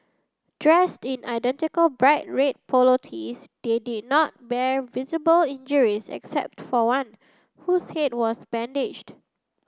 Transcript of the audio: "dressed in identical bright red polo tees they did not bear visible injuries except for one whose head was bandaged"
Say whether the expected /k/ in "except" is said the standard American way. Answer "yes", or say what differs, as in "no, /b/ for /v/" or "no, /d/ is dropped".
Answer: yes